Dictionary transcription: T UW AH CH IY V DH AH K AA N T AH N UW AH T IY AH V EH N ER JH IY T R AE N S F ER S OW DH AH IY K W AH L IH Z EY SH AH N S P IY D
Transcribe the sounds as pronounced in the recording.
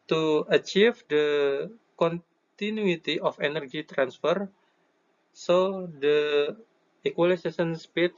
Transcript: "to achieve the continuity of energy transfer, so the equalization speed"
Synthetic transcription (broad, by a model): T UW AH CH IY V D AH K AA N T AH N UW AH T IY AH F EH N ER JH IY T R AE N S F ER S OW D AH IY K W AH L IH S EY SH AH N S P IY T